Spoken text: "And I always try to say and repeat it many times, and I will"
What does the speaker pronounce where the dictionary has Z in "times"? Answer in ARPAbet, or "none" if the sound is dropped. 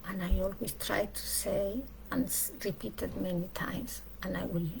S